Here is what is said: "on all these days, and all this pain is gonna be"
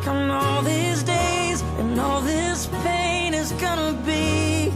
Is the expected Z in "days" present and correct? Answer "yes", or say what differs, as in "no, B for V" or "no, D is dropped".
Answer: yes